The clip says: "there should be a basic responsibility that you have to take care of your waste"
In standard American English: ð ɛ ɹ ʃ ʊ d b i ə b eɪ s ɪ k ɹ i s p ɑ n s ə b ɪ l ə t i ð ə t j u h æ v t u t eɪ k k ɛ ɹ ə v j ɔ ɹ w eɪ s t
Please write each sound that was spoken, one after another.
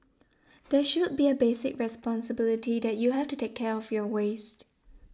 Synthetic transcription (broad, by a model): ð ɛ ʃ ʊ d b i ə b eɪ s ɪ k ɹ i s p ɑ n s ə b ɪ l ə t i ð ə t j u h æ f t u t eɪ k k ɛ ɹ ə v j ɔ w eɪ s t